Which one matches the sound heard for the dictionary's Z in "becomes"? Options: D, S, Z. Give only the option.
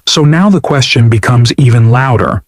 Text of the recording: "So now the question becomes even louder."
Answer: Z